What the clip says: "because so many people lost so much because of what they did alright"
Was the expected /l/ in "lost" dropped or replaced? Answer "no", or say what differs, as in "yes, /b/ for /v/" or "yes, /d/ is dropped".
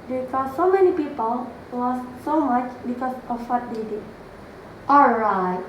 yes, /w/ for /l/